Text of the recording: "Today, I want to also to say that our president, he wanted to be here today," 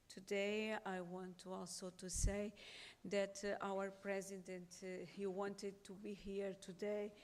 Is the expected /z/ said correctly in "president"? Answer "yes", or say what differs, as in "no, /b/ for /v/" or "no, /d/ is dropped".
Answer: yes